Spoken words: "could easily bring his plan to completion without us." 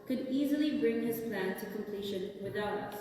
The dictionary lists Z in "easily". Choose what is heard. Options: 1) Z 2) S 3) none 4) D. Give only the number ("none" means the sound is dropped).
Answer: 1